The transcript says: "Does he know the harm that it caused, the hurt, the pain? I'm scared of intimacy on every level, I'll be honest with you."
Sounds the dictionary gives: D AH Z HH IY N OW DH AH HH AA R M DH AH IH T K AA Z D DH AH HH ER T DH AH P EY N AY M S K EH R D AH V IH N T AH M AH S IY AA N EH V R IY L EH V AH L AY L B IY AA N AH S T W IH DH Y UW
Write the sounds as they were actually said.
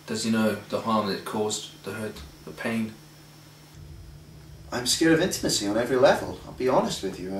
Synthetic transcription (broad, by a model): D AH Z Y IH N OW DH AH HH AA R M DH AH IH T K AA Z DH AH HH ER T DH AH P EY N AY M S K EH R AH V IH N T AH M AH S IY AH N EH V R IY L EH V AH L AY L B IY AA N AH S T W IH DH Y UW